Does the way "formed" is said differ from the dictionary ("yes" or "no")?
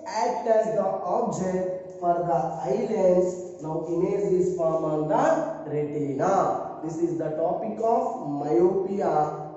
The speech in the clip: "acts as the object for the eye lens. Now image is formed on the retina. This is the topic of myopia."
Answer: yes